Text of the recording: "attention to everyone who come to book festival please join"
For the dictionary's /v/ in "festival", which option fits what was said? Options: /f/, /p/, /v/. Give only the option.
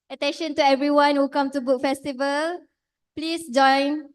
/v/